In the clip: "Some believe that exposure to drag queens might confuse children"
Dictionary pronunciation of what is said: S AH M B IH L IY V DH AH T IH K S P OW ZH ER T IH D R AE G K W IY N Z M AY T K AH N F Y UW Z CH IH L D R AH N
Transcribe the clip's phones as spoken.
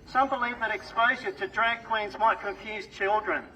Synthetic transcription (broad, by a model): S AH M B IH L IY V DH AH T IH K S P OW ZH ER T IH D R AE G K W IY N Z M AY T K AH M F Y UW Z CH IH L D R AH N